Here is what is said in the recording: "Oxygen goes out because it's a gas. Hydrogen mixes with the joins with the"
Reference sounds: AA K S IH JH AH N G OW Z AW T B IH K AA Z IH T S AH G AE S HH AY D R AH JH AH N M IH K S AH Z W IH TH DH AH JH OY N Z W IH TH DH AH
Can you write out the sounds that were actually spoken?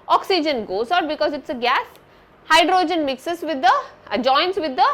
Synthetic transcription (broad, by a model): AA K S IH JH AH N G OW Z AW T B IH K AA Z IH T S AH G AE S HH AY D R AH JH AH N M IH K S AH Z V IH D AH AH JH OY N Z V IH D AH